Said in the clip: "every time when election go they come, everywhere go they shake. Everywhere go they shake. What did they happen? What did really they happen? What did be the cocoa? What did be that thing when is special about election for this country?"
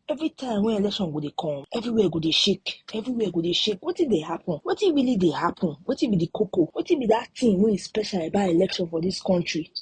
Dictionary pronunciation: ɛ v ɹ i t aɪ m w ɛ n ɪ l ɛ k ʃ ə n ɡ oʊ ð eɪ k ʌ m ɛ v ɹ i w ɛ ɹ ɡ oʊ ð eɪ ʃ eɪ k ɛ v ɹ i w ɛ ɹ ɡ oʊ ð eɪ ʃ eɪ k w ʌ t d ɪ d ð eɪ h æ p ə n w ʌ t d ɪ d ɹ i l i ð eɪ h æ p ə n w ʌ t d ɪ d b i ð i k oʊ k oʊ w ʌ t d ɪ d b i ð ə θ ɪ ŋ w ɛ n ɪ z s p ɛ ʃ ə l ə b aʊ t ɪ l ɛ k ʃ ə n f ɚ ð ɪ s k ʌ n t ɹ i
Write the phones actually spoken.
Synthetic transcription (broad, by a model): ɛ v ɹ i t aɪ m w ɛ ɪ l ɛ k ʃ ə n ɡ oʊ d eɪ k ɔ ɛ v ɹ i w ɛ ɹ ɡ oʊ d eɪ ʃ eɪ k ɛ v ɹ i w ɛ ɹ ɡ oʊ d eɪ ʃ eɪ k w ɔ t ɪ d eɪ h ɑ p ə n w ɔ t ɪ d ɹ i l i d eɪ h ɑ p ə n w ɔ t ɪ b i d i k oʊ k oʊ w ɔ t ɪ b i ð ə t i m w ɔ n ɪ s p ɛ ʃ ə l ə b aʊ ɪ l ɛ k ʃ ə n f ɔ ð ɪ s k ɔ n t ɹ i